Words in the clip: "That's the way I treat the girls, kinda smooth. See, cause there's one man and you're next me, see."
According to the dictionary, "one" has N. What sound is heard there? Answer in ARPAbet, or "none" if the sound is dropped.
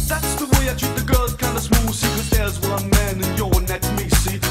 L